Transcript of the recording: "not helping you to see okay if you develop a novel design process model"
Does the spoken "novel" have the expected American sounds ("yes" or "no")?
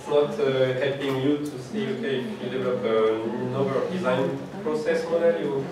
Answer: no